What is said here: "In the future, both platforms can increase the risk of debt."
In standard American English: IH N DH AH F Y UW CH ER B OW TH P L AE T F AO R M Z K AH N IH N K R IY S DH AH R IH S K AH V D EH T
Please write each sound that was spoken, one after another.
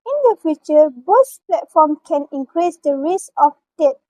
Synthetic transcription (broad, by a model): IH N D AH F Y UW CH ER B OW S P L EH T F AO M K AH N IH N K R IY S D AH R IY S AH F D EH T